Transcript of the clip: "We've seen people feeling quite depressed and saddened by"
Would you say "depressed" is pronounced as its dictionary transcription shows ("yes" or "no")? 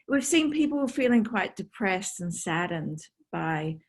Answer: yes